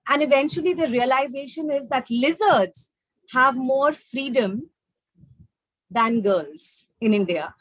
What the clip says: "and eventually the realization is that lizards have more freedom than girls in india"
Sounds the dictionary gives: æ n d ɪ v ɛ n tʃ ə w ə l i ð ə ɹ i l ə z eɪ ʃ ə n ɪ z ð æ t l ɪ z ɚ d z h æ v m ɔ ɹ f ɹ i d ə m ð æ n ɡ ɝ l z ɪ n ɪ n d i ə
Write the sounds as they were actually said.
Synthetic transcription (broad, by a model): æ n d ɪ v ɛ n tʃ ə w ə l i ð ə ɹ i l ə z eɪ ʃ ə n ɪ z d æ t l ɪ z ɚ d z h æ v m ɔ ɹ f ɹ i d ə m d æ n ɡ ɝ l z ɪ n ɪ n d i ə